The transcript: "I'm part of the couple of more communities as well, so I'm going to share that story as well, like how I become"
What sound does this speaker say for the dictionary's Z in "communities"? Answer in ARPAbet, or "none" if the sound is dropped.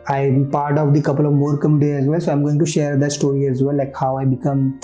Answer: none